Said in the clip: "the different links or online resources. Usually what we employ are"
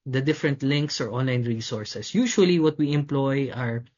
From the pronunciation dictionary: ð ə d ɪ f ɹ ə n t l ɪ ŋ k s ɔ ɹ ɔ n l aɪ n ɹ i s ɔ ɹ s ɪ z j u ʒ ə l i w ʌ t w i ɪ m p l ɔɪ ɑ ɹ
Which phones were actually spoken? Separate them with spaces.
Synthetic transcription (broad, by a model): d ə d ɪ f ɹ ə n t l ɪ ŋ k s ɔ ɹ ɔ n l aɪ n ɹ i s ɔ ɹ s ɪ s j u ʃ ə l i w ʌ t w i ɪ m p l ɔɪ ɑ ɹ